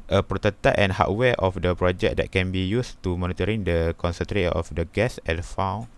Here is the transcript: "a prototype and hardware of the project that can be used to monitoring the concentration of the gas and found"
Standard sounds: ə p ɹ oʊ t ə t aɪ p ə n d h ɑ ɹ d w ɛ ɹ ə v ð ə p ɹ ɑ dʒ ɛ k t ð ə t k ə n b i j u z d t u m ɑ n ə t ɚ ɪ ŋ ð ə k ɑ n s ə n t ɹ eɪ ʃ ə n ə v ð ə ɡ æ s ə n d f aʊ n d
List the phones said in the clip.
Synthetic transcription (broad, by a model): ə p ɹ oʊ t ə t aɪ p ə n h ɑ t w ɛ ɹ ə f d ə p ɹ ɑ dʒ ɛ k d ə t k ə n b i j u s t u m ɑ n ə t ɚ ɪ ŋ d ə k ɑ n s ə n t ɹ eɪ ə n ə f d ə ɡ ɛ s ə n f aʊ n